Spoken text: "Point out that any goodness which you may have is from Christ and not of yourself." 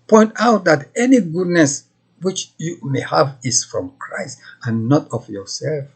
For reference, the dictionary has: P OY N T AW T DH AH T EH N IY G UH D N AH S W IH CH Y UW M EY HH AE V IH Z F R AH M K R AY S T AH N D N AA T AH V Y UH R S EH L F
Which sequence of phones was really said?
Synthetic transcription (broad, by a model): P OY N T AW T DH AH T EH N IY G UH D N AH S W IH CH Y UW M EY HH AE V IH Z F R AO M K R AY S T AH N N AA T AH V Y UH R S EH L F